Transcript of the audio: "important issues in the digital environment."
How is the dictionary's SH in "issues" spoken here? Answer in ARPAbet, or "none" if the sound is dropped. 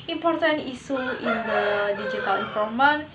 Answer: S